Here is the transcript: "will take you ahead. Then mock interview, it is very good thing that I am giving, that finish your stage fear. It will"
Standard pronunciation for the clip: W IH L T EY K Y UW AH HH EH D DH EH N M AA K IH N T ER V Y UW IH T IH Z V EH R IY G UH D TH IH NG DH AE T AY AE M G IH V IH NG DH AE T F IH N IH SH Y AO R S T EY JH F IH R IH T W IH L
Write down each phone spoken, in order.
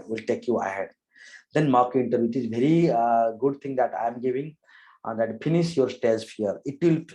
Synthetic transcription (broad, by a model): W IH L T EY K Y UW AH HH EH D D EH N M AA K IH N T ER Y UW IH T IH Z V EH R IY G UH D T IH NG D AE T AY M G IH V IH NG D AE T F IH N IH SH Y AO R S T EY Z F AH R IH T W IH L